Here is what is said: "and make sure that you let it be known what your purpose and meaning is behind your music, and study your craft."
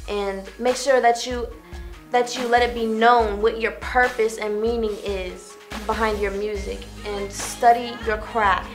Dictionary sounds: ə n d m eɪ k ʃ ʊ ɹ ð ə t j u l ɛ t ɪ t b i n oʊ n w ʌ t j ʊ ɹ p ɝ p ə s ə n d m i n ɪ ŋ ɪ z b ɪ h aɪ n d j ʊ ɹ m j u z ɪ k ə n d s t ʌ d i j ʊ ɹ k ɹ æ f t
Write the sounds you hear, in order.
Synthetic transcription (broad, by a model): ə n m eɪ k ʃ ʊ ɹ ð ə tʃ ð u l ɛ t ɪ t b i n oʊ n w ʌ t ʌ ɹ p ɝ p ə s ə n m i n ɪ ŋ ɪ z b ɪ h aɪ n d j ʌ ɹ m j u z ɪ k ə n s t ʌ d i j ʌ ɹ k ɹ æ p